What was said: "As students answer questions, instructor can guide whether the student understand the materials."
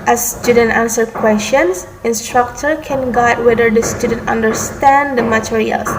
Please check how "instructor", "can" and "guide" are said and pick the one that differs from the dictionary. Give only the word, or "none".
none